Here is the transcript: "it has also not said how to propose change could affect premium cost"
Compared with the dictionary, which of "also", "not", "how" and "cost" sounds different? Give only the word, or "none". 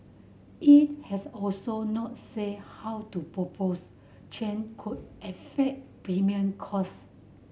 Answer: cost